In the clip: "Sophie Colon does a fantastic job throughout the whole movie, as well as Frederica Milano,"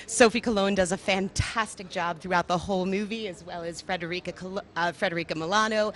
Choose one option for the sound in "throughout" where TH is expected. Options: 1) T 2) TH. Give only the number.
2